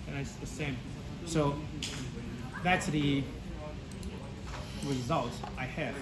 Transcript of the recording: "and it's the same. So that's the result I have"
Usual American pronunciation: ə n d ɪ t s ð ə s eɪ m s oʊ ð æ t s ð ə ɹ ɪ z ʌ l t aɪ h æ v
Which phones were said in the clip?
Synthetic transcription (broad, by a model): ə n ɪ t s ð ə s eɪ m s oʊ ð æ t s ð ə ɹ ɪ z ʌ l t aɪ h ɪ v